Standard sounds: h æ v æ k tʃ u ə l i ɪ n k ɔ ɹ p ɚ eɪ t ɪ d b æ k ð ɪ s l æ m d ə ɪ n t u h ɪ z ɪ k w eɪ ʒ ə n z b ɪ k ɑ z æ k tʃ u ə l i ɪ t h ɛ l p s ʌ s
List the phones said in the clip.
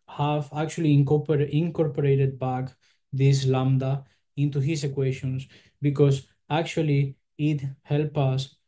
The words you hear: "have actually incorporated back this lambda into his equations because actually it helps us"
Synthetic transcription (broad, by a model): h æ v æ k tʃ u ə l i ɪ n k ɔ ɹ p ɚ eɪ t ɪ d b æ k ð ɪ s l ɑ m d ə ɪ n t u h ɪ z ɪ k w eɪ ʃ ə n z b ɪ k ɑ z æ k tʃ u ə l i ɪ t h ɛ l p ʌ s